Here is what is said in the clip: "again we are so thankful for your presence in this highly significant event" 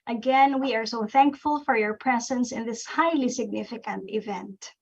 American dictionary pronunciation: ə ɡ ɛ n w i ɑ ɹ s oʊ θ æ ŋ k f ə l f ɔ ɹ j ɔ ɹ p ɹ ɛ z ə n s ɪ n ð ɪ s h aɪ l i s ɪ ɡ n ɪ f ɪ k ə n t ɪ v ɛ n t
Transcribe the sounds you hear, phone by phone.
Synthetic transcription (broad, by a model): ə ɡ ɛ n w i ɑ ɹ s oʊ θ æ ŋ k f ə l f ɔ ɹ j ɔ ɹ p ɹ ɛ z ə n s ɪ n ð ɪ s h aɪ l i s ɪ ɡ n ɪ f ɪ k ə n t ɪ v ɛ n t